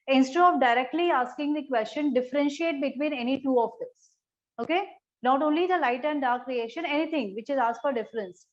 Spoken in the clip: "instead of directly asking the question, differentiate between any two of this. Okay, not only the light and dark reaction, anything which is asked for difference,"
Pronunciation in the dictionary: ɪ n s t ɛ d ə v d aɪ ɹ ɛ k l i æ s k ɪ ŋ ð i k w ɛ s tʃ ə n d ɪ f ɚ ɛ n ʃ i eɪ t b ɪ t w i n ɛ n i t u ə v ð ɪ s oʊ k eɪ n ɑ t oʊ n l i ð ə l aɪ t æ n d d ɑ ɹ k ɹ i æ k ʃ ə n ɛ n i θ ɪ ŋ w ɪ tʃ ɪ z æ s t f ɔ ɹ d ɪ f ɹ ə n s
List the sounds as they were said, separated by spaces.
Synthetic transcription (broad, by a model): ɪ n s t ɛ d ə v d aɪ ɹ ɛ k l i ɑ s k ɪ ŋ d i k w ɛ s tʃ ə n d ɪ f ɚ ɛ n ʃ i eɪ t b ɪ t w i n ɛ n i t u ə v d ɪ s oʊ k eɪ n ɑ t oʊ n l i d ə l aɪ t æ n d d ɑ ɹ k ɹ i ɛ ʃ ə n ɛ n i t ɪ ŋ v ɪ tʃ ɪ z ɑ s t f ɔ ɹ d ɪ f ɹ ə n s